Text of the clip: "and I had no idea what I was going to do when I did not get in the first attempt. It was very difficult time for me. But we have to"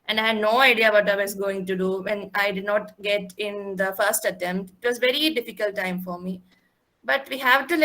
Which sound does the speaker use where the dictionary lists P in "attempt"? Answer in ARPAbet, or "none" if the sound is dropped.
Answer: P